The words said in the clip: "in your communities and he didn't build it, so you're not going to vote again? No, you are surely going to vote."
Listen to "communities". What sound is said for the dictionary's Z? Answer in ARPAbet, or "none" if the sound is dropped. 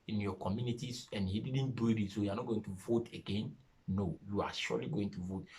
S